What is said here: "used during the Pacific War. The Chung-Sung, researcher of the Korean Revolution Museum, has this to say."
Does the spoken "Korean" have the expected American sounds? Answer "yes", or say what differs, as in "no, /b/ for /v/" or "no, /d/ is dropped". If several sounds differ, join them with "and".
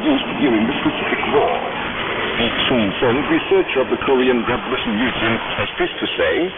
yes